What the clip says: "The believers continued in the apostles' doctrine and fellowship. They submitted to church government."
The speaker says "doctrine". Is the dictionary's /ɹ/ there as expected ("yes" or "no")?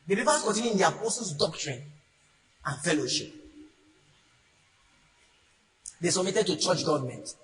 yes